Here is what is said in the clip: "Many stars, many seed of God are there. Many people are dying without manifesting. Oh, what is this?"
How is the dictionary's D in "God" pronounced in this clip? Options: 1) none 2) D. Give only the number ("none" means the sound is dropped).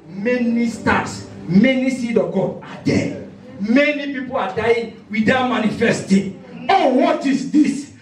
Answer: 1